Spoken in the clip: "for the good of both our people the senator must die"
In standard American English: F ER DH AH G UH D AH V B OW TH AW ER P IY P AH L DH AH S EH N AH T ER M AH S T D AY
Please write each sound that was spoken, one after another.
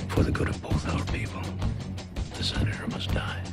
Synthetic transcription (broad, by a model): F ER DH AH G UH D AH V B OW TH AW ER P IY P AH L DH AH S EH N AH T ER M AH S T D AY